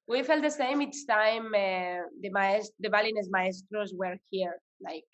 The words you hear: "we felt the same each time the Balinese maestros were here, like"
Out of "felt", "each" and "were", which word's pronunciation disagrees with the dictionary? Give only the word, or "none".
each